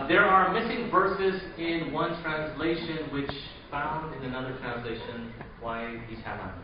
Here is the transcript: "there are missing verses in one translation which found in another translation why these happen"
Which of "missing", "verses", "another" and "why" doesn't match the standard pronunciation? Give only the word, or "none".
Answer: none